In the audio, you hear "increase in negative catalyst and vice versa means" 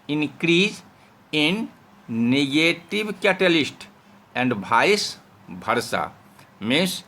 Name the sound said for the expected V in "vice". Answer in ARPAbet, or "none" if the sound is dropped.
B